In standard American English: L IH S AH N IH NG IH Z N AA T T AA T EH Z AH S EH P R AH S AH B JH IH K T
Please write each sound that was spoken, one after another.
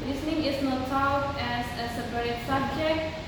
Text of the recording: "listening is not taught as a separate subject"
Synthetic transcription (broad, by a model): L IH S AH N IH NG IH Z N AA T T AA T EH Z AH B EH R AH S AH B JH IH K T